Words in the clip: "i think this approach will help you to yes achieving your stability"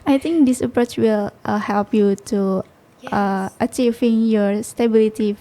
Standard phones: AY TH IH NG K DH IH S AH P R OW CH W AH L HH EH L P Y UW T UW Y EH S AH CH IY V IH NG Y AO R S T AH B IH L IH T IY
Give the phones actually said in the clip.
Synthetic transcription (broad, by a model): AY T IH NG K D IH S AH P R OW CH W AH L HH EH L P Y UW T UW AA AH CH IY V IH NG Y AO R S T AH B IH L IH T IY